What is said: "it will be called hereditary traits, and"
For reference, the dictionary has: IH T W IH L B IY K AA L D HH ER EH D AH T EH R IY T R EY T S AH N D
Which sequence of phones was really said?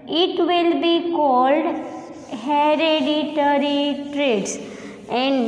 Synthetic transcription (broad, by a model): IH T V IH L B IY K AA L D HH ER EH D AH T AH R IY T R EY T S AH N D